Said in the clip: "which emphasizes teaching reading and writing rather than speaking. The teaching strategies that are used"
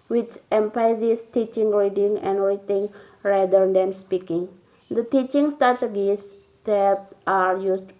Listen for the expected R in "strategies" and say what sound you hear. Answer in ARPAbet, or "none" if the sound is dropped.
none